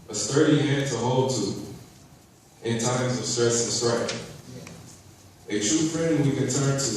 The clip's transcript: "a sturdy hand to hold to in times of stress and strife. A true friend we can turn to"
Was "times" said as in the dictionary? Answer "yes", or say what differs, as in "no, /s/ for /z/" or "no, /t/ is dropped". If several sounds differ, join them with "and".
yes